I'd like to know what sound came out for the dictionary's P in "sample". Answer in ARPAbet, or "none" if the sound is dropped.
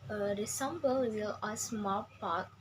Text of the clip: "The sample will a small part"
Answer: B